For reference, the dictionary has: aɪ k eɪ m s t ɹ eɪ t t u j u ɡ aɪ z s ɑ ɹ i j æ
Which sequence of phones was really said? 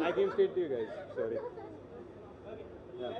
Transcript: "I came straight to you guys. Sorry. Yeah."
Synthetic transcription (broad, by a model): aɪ k eɪ m s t eɪ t t u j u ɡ aɪ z s ɑ ɹ i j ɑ